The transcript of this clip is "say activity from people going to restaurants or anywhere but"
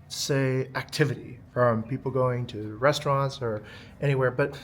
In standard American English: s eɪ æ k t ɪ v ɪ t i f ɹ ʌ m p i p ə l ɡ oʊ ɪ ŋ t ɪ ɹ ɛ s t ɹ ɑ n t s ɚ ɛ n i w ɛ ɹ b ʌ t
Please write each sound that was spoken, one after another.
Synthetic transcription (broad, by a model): s eɪ æ k t ɪ v ɪ t i f ɹ ʌ m p i p l ɡ oʊ ɪ ŋ t ɪ ɹ ɛ s t ɹ ɑ n t s ɚ ɛ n i w ɛ ɹ b ʌ t